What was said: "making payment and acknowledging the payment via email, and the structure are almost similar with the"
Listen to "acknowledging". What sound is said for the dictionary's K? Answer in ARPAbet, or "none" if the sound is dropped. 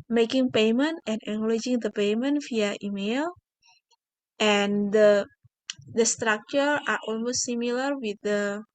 none